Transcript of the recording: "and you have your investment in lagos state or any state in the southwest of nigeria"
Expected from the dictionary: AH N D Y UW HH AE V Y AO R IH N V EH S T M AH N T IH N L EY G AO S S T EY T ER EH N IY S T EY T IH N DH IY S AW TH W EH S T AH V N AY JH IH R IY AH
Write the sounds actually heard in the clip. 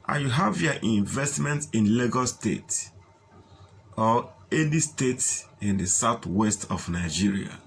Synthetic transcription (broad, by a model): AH Y UW HH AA V Y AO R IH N V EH S T M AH N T IH N L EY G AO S S T EY T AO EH L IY S T EY T IH N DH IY S AW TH W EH S T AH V N AY JH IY R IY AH